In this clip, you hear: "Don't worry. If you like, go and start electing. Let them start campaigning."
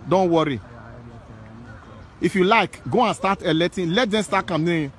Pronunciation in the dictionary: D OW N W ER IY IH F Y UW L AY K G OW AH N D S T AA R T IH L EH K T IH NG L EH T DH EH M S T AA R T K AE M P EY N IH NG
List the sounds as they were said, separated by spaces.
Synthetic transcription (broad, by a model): D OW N W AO IY IH F Y UW L AY K G OW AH N S T AA T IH L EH T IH L EH T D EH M S T AA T K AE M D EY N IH